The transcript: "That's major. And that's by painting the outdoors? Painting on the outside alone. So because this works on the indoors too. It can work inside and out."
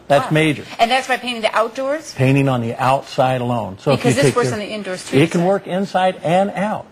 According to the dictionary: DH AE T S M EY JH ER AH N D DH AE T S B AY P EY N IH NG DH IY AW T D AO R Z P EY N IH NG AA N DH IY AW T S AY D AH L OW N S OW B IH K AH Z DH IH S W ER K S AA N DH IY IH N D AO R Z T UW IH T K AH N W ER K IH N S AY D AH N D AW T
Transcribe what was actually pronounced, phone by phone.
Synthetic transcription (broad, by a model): DH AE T S M EY JH ER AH N DH AE T S B AY P EY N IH NG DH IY AW T D AO R Z P EY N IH NG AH N DH IY AW T S AY D AH L OW N S OW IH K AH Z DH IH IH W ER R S N DH IY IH N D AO R S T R IH T K AH N W ER K IH N S AY D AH N AW T